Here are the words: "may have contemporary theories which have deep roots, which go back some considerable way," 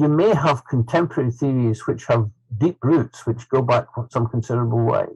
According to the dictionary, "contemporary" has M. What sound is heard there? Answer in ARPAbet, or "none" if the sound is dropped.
M